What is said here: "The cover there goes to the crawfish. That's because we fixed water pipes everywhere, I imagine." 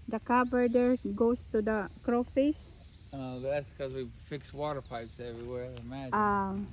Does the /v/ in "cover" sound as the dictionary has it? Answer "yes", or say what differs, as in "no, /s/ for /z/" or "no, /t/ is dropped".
no, /b/ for /v/